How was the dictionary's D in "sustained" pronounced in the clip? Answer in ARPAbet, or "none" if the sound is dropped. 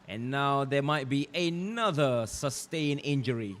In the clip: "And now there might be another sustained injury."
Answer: none